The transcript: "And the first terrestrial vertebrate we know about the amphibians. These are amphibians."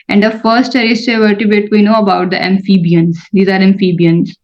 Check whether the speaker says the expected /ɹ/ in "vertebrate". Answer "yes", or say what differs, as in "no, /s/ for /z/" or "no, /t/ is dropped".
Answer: no, /ɹ/ is dropped